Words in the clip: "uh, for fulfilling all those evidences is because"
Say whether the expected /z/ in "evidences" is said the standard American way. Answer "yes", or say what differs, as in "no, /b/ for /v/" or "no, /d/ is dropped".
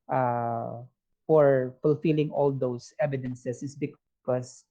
no, /s/ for /z/